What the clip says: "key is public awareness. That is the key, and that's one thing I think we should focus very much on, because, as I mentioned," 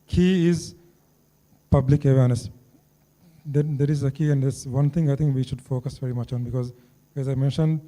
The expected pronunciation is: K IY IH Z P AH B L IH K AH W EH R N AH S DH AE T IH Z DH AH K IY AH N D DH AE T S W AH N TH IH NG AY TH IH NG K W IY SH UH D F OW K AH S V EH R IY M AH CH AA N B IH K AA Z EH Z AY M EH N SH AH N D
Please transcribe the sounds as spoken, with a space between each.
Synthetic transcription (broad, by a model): K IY IH Z P AH B L IH K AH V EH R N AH S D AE T IH Z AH K IY AH N D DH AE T S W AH N T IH NG AY T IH NG K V IY SH UH D F OW K AH S V EH R IY M AH CH AA N B IH K AA Z EH Z AY M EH N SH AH N D